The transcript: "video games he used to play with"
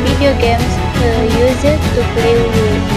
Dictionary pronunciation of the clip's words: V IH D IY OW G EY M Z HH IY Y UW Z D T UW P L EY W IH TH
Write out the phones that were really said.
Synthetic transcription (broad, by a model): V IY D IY OW G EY M S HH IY Y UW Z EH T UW P L EY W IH